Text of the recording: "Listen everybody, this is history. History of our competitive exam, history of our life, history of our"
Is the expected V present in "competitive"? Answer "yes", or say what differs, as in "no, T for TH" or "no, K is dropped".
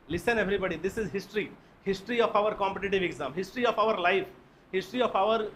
yes